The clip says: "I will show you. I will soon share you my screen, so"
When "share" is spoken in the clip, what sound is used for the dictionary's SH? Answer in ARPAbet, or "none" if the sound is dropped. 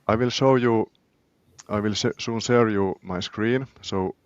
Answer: S